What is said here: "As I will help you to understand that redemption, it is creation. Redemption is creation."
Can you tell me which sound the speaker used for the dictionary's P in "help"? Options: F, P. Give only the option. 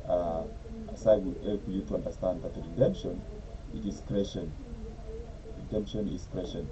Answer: F